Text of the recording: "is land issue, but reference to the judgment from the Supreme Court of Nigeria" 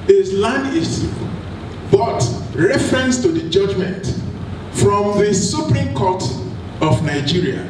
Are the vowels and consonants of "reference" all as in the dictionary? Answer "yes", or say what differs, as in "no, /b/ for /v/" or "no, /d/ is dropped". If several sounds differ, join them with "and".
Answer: yes